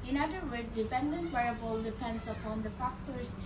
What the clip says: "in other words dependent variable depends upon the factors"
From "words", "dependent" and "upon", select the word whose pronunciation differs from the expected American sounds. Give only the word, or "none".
words